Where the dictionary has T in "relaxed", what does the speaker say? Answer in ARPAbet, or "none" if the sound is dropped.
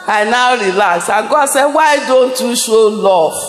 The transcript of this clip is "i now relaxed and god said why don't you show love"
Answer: none